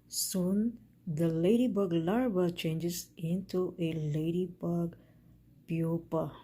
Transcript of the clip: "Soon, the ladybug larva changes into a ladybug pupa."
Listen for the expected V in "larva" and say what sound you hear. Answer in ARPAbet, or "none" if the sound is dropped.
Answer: B